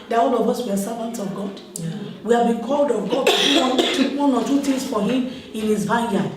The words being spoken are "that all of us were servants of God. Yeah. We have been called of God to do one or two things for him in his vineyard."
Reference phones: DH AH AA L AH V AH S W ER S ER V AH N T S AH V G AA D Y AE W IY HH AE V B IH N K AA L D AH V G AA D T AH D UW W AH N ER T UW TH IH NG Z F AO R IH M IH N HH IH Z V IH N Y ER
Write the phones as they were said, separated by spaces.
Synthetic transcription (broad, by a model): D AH AA L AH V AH S W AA S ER V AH N T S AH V G AA D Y W IY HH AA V B IH N K AA L D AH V G AA D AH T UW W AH N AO T UW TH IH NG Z F AO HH IH M IH N HH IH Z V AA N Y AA